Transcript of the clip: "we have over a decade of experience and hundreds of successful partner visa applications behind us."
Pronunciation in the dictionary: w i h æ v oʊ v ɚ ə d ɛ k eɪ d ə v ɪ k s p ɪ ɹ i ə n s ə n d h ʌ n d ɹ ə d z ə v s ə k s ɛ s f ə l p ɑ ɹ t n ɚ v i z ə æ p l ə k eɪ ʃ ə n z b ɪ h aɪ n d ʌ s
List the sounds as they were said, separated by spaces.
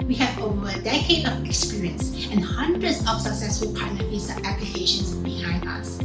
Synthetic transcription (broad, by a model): w i h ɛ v oʊ v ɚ ə d ɛ k eɪ d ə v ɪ k s p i ɹ i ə n s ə n h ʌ n d ɹ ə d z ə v s ə k s ɛ s f ə l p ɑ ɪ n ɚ f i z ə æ p l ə k eɪ ʃ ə n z b ɪ h aɪ n d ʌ s